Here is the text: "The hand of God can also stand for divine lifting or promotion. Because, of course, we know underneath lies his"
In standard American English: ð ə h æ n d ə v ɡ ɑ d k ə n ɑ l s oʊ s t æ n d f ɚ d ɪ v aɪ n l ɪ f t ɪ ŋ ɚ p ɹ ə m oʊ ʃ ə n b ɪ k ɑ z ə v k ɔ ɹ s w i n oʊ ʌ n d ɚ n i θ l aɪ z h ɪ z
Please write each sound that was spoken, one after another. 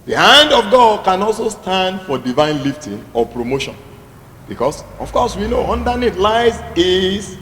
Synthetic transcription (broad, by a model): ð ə h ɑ n d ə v ɡ ɑ d k ə n ɑ l s oʊ s t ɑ n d f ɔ d ɪ v aɪ n l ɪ f t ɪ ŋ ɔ p ɹ ə m oʊ ʃ ə n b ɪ k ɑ s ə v k ɔ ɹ s w i n oʊ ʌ n d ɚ n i t l aɪ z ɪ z